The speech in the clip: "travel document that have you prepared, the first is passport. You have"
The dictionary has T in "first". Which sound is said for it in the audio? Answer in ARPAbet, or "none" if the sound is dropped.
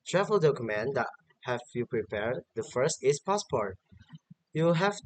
T